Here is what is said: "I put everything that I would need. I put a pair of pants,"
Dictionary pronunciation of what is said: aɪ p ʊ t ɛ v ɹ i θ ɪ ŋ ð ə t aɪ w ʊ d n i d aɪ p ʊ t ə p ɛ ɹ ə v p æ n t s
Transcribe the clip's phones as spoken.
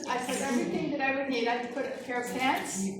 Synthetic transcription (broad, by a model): aɪ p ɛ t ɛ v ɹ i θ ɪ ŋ ð ə t aɪ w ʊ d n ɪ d aɪ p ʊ t ə f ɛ ɹ ə v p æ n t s